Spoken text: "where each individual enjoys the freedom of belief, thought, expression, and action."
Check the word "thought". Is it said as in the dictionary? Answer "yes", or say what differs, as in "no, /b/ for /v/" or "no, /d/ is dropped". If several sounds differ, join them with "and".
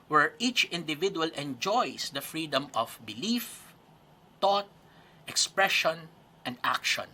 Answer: no, /t/ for /θ/